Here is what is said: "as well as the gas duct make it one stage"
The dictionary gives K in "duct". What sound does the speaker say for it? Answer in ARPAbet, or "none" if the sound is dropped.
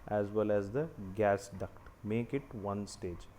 K